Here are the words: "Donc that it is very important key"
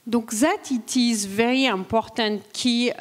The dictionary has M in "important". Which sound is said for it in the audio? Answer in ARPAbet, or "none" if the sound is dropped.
none